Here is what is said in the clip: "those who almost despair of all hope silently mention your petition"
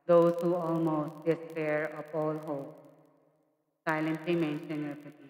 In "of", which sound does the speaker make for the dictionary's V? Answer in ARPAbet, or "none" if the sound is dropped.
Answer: P